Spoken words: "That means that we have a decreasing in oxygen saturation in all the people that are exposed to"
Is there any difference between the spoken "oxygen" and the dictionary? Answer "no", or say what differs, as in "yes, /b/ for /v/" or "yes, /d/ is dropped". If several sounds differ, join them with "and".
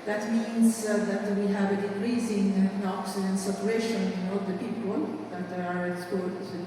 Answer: yes, /dʒ/ is dropped